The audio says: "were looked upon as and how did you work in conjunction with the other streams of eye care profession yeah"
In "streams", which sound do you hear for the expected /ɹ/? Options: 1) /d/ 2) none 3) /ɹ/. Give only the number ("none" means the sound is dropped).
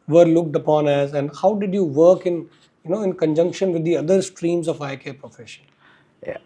3